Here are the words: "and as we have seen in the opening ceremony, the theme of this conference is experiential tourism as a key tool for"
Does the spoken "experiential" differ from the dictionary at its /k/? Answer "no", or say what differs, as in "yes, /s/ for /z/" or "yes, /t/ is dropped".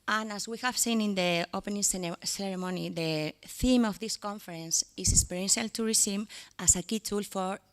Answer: yes, /k/ is dropped